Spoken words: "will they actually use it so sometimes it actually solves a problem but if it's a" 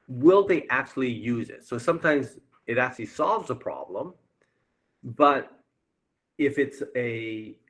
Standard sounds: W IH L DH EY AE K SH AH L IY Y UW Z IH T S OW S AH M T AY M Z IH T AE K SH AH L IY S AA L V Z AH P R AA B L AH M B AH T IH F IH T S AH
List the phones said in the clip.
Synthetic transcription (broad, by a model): W IH L DH EY AE K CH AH L IY Y UW Z IH T S OW S AH M T AY M Z IH T AE K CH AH L IY S AA L V Z AH P R AA B L AH M B AH T IH F IH T S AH